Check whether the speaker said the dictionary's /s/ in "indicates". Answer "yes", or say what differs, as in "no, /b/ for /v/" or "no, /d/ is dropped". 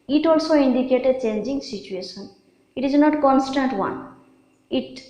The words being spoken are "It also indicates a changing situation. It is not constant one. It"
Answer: no, /s/ is dropped